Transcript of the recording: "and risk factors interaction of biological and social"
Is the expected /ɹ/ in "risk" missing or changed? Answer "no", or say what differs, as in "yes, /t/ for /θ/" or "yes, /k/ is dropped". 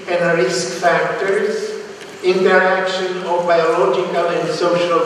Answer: no